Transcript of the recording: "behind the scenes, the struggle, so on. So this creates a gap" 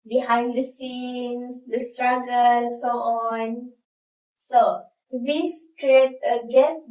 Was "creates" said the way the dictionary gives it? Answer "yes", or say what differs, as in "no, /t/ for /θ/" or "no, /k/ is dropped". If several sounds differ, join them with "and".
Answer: no, /s/ is dropped